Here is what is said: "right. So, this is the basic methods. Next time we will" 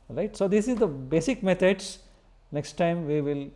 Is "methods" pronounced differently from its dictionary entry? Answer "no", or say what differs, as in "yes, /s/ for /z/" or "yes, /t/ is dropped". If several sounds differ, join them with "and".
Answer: yes, /t/ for /θ/